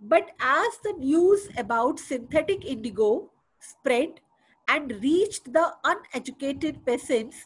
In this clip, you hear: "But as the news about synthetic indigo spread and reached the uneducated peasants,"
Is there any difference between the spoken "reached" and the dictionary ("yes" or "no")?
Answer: no